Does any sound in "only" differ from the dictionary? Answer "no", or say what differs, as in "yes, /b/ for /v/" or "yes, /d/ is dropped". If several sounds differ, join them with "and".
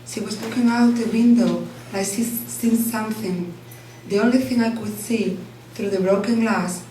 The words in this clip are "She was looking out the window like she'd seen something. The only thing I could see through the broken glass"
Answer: yes, /n/ is dropped